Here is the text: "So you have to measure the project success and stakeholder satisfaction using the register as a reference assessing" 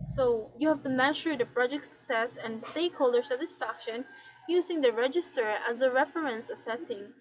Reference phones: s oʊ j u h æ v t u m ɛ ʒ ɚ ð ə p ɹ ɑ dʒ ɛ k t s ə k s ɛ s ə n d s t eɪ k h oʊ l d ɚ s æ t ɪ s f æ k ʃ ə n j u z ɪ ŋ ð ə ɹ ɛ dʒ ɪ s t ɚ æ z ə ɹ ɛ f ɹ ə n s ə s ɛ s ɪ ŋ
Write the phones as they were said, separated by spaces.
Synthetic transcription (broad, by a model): s oʊ j u h æ v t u m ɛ ʃ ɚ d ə p ɹ ɑ dʒ ɛ k t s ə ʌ s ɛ s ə n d s t eɪ k h oʊ l d ɚ s æ t ɪ s f æ k ʃ ə n j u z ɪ ŋ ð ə ɹ ɛ dʒ ɪ s t ɚ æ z ə ɹ ɛ f ɹ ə n s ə s ɛ s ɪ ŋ